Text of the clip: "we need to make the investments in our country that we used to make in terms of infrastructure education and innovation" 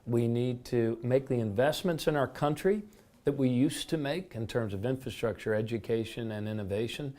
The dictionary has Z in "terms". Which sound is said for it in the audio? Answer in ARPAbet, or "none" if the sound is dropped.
Z